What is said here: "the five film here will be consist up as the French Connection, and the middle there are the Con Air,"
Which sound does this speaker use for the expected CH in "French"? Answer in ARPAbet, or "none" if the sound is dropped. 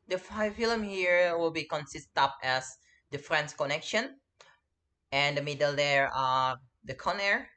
S